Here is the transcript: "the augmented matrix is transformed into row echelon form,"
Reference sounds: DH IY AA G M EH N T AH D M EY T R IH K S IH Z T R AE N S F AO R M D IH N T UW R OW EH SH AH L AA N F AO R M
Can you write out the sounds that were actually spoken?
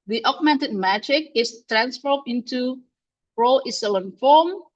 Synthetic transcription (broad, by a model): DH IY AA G M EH N T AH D M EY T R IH K IH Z T R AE N S F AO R D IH N T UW R OW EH S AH L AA N F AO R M